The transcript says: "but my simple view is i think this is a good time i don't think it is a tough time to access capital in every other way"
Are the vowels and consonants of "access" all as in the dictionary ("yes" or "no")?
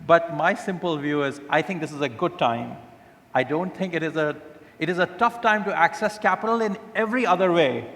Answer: yes